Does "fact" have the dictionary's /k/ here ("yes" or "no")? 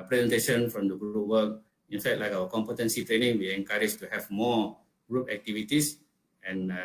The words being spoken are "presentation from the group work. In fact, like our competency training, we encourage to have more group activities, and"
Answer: no